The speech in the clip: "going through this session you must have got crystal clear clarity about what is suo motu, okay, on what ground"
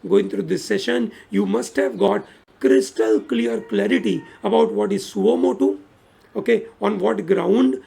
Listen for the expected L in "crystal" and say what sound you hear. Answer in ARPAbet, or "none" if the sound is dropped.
L